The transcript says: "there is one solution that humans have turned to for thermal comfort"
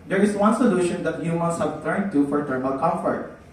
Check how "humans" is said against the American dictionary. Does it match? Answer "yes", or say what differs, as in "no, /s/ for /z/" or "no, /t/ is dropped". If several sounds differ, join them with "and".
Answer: no, /s/ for /z/